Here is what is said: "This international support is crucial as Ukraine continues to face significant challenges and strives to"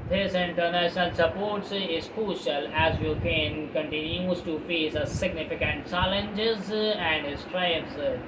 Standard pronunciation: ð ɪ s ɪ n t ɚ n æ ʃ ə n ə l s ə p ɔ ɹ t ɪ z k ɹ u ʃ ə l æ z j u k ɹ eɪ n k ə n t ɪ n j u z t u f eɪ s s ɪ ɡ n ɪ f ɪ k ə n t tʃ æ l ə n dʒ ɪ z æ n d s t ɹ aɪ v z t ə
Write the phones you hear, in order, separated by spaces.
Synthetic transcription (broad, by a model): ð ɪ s ɪ n t ɚ n æ ʃ ə n ə l s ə p ɔ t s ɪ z k ɹ u ʃ ə l æ z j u k eɪ n k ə n t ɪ n j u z t u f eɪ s s ɪ ɡ n ɪ f ɪ k ə n t tʃ æ l ə n dʒ ɪ z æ n d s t ɹ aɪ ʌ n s